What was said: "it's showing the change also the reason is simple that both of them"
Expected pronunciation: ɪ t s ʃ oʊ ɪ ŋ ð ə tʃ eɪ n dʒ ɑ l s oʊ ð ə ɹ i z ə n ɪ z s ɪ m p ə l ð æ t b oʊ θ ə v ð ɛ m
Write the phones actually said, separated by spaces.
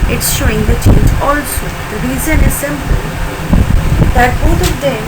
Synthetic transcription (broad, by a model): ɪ t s ʃ oʊ ɪ ŋ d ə tʃ eɪ n dʒ ɑ l s oʊ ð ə ɹ i z ə n ɪ z s ɪ m p ə l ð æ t b oʊ t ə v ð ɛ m